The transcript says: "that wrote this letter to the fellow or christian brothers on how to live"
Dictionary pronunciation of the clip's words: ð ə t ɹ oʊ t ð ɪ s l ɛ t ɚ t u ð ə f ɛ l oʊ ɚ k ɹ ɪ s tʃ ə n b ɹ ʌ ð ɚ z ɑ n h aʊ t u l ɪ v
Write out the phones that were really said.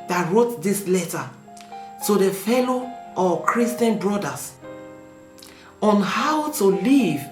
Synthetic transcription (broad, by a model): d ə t ɹ oʊ t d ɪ s l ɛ t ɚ t u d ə f ɛ l oʊ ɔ k ɹ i s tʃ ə n b ɹ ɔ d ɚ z ɑ n h aʊ t u l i v